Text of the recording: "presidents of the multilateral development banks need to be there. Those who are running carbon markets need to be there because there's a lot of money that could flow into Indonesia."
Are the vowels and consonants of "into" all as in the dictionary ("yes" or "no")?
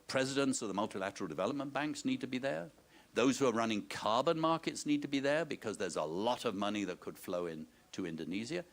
yes